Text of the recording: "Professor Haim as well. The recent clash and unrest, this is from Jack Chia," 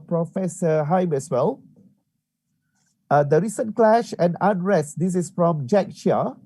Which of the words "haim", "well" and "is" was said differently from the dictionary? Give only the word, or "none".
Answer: is